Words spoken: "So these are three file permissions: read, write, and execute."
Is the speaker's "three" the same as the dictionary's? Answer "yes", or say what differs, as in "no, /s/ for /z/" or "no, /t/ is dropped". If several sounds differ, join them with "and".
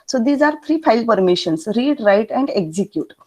no, /t/ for /θ/